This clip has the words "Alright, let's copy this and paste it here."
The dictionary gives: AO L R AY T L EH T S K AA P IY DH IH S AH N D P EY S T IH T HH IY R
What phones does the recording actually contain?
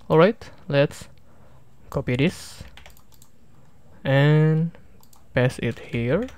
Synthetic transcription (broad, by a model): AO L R AY T L EH T S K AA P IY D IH S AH N P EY S IH T HH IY R